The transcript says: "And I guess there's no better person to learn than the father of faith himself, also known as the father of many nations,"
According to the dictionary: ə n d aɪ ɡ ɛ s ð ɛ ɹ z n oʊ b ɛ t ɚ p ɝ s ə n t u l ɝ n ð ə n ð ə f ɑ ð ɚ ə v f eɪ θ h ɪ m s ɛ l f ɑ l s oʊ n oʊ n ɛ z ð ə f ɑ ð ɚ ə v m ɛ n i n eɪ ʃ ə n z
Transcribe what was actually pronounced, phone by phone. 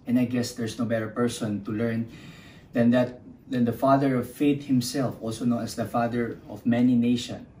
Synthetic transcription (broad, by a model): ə n aɪ ɡ ɛ s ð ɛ ɹ s n oʊ b ɛ t ɚ p ɝ s ə n t u l ɝ n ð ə n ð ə f ɑ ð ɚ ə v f eɪ t h ɪ m s ɛ l f ɑ l s oʊ n oʊ n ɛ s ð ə f ɑ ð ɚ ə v m ɛ n i n eɪ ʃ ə n